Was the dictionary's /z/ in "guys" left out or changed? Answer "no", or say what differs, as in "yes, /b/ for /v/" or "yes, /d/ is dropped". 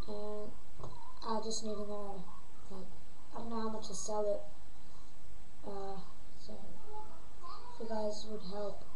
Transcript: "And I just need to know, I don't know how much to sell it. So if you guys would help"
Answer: no